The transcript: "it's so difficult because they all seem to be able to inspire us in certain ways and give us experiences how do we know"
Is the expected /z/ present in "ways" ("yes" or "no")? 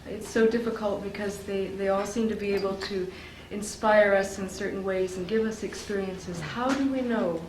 yes